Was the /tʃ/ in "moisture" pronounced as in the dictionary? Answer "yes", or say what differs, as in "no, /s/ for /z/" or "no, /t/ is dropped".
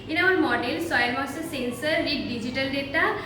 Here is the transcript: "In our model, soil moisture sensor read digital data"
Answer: no, /tʃ/ is dropped